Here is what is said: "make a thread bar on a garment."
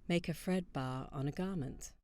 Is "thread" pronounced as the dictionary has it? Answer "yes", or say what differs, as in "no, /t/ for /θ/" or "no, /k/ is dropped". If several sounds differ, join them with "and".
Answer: no, /f/ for /θ/